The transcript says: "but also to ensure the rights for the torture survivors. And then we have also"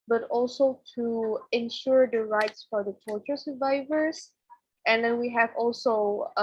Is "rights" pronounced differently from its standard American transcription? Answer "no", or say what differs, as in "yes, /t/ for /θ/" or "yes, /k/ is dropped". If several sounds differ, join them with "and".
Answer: no